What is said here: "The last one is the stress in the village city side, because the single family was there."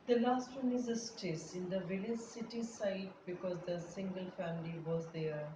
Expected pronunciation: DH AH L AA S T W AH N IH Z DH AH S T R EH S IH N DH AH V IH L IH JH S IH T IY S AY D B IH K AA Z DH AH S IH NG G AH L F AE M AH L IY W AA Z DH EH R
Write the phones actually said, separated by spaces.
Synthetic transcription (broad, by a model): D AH L AA S T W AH N IH Z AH S T EH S IH N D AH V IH L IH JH S IH T IY S AY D B IH K AA Z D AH S IH NG G AH L F AE M AH L IY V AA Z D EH R